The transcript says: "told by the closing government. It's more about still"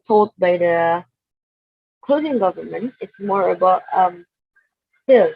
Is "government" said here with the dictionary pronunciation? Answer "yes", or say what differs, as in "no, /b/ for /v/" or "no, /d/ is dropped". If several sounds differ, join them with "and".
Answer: yes